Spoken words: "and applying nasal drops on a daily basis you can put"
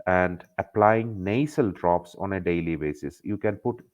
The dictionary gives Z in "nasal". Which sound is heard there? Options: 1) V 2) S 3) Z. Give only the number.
2